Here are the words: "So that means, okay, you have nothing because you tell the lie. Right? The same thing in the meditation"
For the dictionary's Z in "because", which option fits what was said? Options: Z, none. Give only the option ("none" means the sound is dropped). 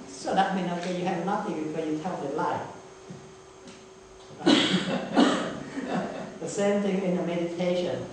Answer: none